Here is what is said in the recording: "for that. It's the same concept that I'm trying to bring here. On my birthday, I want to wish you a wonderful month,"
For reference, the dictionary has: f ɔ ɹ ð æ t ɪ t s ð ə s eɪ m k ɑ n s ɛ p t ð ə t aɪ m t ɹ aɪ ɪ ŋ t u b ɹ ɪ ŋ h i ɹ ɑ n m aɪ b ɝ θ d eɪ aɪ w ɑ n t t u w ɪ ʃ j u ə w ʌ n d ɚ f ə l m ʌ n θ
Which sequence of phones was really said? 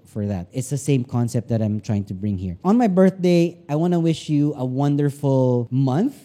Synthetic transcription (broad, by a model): f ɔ ɹ ð æ t ɪ t s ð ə s eɪ m k ɑ n s ɛ p t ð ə t aɪ m t ɹ aɪ ɪ ŋ t u b ɹ ɪ ŋ h i ɹ ɑ n m aɪ b ɝ θ d eɪ aɪ w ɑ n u w ɪ ʃ j u ə w ʌ n d ɚ f ə l m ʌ n θ